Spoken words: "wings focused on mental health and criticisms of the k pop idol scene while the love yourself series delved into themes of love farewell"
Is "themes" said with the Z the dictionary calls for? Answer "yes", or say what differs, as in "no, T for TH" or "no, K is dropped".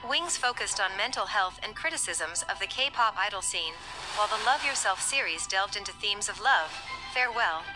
yes